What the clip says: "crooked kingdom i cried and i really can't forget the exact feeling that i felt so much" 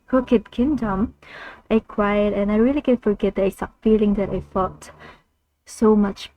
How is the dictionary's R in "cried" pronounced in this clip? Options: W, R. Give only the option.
W